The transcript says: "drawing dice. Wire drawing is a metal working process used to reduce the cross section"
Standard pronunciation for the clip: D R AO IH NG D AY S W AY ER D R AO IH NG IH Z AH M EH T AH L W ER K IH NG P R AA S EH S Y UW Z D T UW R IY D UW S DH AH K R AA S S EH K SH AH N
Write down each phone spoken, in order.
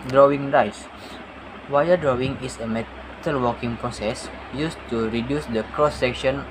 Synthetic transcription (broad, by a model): D R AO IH NG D AY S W AY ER D R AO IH NG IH S AH M EH T AH L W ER K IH NG P R AA S EH S Y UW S T UW R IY D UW S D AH K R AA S S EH K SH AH N